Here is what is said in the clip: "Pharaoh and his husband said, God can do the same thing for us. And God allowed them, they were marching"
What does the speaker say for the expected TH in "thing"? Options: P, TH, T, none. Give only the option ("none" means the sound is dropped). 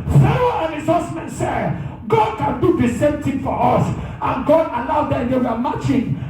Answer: T